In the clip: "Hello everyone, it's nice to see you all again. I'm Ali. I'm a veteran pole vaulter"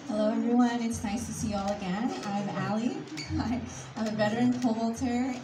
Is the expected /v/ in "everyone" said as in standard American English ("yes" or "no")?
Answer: no